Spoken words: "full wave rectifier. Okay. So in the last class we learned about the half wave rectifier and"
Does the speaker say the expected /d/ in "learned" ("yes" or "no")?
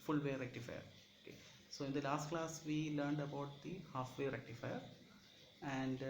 yes